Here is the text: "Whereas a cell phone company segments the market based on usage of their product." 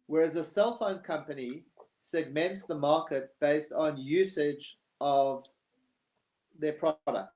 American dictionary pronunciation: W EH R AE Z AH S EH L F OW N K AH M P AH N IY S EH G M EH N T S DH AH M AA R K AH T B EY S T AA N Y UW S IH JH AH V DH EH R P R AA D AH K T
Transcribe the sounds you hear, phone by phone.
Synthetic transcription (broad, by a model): W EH R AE Z AH S EH L F OW N K AH M P AH N IY S EH G M EH N T S DH AH M AA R K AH T B EY S T N Y UW S IH JH AH V DH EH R P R AA D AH K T